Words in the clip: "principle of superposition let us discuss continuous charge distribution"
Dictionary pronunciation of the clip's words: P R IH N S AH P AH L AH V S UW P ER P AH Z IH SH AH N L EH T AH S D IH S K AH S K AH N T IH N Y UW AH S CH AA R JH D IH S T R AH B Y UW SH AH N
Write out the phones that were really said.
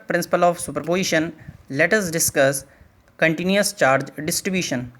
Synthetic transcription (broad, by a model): P R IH N S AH P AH L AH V S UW P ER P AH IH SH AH N L EH T AH S D IH S K AH S K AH N T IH N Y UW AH S CH AA R JH D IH S T R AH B Y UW SH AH N